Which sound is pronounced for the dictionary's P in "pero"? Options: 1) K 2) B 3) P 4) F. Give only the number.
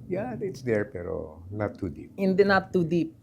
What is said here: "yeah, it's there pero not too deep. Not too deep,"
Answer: 3